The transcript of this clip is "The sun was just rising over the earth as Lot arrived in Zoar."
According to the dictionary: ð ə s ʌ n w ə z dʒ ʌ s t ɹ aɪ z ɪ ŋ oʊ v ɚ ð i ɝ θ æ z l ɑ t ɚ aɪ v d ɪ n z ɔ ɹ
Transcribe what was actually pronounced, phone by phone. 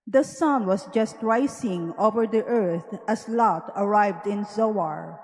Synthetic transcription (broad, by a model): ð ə s ʌ n w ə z dʒ ʌ s t ɹ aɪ s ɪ ŋ oʊ v ɚ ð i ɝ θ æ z l ɑ t ɚ aɪ v d ɪ n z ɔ ɹ